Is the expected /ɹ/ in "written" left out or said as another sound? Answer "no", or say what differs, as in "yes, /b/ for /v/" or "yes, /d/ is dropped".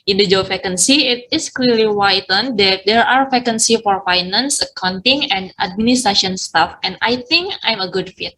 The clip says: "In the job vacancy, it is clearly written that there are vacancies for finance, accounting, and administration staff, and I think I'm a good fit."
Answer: yes, /w/ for /ɹ/